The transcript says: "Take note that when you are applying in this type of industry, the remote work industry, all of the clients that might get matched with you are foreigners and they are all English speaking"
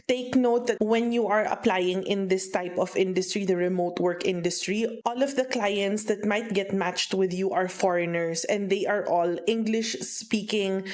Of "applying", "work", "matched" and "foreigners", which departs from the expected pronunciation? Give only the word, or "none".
foreigners